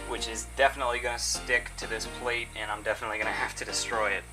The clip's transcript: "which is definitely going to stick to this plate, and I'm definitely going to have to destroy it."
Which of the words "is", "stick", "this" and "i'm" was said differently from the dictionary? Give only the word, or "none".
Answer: none